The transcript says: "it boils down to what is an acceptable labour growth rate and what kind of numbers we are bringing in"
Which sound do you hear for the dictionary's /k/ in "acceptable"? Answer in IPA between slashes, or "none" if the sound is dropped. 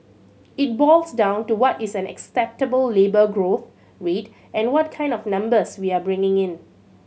/k/